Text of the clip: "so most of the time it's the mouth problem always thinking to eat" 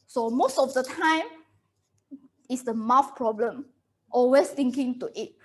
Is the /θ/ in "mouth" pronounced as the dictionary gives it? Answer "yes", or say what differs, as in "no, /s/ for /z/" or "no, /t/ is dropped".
no, /f/ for /θ/